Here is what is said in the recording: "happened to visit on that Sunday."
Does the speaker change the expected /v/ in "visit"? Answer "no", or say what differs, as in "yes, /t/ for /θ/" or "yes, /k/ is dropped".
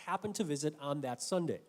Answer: no